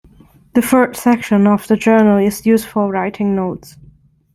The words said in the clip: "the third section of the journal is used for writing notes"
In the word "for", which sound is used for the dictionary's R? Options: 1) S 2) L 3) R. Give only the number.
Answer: 2